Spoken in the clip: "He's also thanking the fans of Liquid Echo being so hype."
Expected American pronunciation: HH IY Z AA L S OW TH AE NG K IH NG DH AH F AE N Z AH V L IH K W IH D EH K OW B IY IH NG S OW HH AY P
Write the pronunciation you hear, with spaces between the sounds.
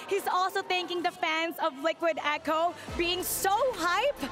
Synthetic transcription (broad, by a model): HH IY Z AA L S OW TH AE NG K IH NG DH AH F AE N Z AH V L IH K W IH D EH K OW B IY IH NG S OW HH AY P